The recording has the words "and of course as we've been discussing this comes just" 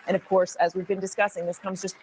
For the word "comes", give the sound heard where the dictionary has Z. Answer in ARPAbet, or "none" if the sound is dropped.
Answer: Z